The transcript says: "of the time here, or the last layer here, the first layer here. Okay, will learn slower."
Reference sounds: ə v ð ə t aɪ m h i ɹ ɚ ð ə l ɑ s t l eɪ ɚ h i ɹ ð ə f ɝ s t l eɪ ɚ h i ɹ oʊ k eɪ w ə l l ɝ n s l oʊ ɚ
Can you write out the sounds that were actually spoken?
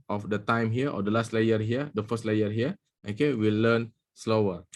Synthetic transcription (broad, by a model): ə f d ə t aɪ m h i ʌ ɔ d ə l ɑ s t l eɪ ɚ h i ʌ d ə f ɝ s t l eɪ ɚ h i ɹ oʊ k eɪ w ə l l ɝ n s l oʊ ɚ